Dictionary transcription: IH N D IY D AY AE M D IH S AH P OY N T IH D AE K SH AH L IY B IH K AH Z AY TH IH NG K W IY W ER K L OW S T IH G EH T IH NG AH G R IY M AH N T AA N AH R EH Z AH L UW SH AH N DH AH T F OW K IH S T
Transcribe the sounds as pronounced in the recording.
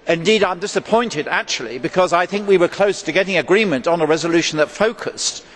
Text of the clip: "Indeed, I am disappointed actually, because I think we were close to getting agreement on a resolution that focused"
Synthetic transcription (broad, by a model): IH N D IY D AY M D IH S AH P OY N T IH D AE K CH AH L IY B IH K AH Z AY TH IH NG K W IY W ER K L OW S T IH G EH T IH NG AH G R IY M AH N T N AH R EH Z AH L UW SH N DH AH T F OW K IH S T